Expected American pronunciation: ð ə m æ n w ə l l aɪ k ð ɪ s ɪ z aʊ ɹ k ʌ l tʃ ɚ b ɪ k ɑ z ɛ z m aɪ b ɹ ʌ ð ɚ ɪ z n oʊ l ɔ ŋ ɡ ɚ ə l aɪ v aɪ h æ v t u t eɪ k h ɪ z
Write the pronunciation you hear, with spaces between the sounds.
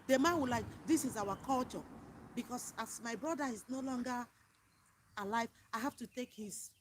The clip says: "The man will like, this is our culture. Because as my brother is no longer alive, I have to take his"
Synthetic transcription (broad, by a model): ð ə m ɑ n w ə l l aɪ k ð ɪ s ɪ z aʊ w k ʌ l tʃ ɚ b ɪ k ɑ s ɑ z m aɪ b ɹ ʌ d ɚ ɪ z n oʊ l ɔ ŋ ɡ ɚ ə l aɪ v aɪ h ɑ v t u t eɪ k h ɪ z